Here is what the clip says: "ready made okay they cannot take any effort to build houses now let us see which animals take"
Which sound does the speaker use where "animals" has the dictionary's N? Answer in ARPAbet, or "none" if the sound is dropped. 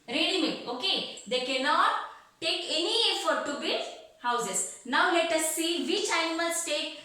none